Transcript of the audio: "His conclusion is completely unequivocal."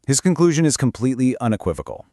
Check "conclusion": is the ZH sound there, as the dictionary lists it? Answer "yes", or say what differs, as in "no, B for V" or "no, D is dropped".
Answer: yes